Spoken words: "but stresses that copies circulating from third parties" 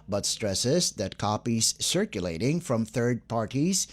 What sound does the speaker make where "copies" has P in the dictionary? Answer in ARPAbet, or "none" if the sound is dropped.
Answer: P